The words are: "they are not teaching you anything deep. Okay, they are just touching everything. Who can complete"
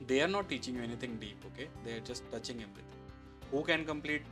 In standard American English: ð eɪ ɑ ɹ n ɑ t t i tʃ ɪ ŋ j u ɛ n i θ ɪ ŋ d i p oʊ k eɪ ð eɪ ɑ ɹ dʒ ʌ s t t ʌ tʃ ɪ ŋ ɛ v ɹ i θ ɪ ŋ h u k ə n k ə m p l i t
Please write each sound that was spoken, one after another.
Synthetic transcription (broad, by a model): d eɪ ɑ ɹ n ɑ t t i tʃ ɪ ŋ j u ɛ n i t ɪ ŋ d i p oʊ k eɪ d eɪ ɑ ɹ dʒ ʌ s t t ʌ tʃ ɪ ŋ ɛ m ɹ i t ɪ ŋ h u k ə n k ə m p l i t